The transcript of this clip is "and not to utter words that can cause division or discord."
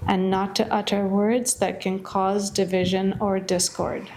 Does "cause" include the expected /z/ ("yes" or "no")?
yes